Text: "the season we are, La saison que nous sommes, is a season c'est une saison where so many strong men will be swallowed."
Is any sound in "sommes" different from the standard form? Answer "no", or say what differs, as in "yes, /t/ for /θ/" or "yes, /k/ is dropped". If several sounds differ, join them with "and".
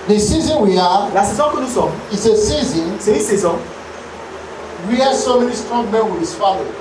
yes, /z/ is dropped